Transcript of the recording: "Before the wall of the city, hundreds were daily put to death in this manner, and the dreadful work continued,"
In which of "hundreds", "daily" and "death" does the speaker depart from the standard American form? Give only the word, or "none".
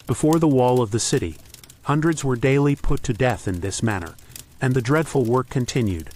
none